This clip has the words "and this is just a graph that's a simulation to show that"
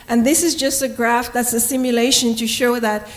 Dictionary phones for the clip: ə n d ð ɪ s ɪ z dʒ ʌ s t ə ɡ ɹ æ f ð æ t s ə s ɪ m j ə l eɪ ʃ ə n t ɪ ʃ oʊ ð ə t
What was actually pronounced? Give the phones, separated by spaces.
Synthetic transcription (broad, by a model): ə n ð ɪ s ɪ z dʒ ʌ s t ə ɡ ɹ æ f ð æ t s ə s ɪ m j ə l eɪ ʃ ə n t ɪ ʃ oʊ ð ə t